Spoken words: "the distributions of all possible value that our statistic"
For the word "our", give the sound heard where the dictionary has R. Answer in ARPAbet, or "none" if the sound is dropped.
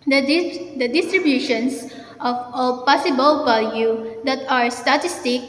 R